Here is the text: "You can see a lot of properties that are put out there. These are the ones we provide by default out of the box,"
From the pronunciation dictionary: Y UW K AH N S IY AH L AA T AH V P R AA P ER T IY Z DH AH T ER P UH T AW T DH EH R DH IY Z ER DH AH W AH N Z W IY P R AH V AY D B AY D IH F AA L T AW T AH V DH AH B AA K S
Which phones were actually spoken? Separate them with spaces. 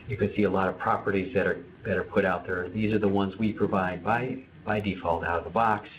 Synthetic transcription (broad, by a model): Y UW K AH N S IY AH L AA T AH V P R AA P ER T IY Z DH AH T ER P UH T AW T DH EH R DH IY Z ER DH AH W AH N Z W IY P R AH V AY D B AY D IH F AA L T AW T AH V DH AH B AA K S